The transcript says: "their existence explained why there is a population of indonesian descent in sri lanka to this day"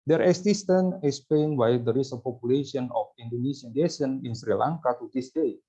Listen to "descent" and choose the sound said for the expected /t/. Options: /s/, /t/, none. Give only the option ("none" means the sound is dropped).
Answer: none